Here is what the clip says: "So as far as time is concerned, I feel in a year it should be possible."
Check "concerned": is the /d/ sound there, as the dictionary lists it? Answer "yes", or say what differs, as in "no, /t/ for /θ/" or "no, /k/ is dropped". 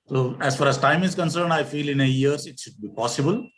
yes